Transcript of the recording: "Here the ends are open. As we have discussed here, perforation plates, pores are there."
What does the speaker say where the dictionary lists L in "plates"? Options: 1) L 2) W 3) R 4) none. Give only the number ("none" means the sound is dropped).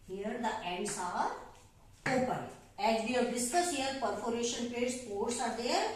4